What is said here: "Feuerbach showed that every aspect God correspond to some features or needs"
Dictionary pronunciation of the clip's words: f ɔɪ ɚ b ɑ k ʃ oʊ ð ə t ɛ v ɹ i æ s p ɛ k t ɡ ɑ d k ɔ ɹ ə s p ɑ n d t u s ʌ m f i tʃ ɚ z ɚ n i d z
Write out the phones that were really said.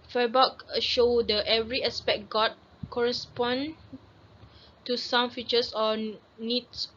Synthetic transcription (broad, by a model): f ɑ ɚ b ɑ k ʃ oʊ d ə t ɛ v ɹ i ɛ s p ɛ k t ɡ ɑ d k ɔ ɹ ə s p ɑ n t u s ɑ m f i tʃ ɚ s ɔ n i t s